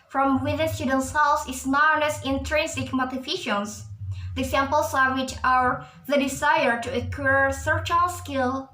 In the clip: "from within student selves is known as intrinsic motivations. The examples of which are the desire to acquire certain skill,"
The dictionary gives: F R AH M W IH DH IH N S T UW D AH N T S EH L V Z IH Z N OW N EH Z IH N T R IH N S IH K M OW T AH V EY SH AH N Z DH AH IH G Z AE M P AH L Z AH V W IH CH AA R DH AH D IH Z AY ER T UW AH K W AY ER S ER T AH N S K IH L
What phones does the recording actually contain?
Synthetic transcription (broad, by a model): F R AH M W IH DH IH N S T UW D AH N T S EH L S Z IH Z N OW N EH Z IH N T R IH N S IH K M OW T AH F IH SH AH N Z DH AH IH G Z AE M P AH L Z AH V W IH CH AA R DH AH D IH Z AY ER T UW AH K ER S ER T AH L S K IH L